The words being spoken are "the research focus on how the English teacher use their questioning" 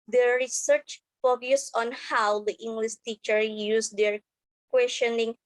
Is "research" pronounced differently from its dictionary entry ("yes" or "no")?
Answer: no